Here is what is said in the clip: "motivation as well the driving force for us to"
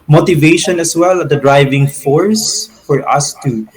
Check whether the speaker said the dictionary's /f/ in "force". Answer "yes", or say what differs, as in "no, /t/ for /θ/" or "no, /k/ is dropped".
yes